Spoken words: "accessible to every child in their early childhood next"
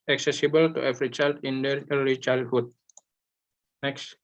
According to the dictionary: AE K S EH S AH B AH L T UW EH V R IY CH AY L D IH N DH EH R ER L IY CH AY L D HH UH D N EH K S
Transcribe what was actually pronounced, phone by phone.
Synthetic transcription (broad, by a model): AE K S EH S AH B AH L T UW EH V R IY CH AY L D IH N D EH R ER IY CH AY L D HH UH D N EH K S